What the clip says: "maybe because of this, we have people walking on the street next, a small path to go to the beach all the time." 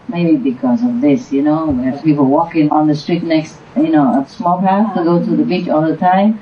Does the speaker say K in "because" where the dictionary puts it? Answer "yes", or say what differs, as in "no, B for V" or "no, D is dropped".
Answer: yes